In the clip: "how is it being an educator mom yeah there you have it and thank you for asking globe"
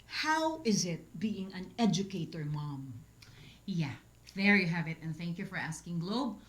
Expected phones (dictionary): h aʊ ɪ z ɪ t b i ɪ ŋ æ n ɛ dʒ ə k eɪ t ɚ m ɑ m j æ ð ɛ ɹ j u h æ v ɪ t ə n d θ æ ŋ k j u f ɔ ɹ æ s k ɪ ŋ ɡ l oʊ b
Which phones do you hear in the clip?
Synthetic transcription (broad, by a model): h aʊ ɪ z ɪ t b i ɪ ŋ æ n ɛ dʒ ə k eɪ t ɚ m ɑ m j æ ð ɛ ɹ j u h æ v ɪ t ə n θ æ ŋ k j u f ɔ ɹ æ s k ɪ ŋ ɡ l oʊ b